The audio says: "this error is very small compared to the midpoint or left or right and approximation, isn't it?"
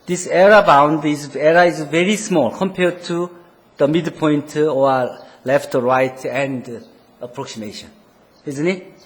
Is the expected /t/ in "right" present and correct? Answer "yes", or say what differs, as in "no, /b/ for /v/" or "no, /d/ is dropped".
yes